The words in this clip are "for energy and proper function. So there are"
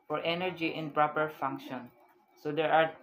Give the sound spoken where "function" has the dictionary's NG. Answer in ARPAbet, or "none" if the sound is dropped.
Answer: NG